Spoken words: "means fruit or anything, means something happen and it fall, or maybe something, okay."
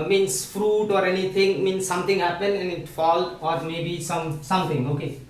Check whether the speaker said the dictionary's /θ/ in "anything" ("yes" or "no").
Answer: no